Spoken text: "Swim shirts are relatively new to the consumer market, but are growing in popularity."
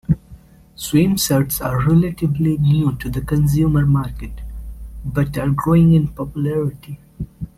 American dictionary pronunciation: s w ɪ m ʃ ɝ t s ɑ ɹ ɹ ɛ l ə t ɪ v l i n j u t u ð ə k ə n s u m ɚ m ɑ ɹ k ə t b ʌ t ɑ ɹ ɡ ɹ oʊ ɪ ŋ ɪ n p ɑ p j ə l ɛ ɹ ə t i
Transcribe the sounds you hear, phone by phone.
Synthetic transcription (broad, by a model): s w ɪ m s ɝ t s ɑ ɹ ɹ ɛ l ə t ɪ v l i n j u t u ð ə k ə n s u m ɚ m ɑ ɹ k ə t b ʌ t ɑ ɹ ɡ ɹ oʊ ɪ ŋ ɪ n p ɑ p j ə l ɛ ɹ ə t i